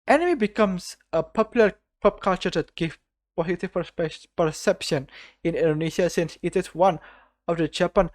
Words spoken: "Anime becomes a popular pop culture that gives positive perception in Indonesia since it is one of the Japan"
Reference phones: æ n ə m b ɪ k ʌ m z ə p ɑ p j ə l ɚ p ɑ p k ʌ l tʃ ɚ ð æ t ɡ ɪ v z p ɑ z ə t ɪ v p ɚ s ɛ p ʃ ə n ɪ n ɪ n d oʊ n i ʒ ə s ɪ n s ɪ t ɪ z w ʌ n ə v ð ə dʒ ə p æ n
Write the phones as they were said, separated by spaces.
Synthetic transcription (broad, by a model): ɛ n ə m b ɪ k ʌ m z ə p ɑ p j l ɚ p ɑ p k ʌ l tʃ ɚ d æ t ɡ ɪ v p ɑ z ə t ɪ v p ɚ s ɛ p ʃ ə n ɪ n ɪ n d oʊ n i ʃ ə s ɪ n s ɪ t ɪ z w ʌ n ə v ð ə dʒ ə p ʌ n